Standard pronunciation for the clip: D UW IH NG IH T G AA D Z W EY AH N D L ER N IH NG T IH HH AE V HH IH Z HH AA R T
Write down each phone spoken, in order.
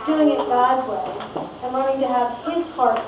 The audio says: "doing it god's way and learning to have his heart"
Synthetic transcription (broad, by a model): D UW IH NG IH T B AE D W EY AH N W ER IH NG T IH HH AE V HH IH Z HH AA R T